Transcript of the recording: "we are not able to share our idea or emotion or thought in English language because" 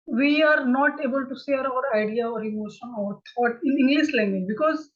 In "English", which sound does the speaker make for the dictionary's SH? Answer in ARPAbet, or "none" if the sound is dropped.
S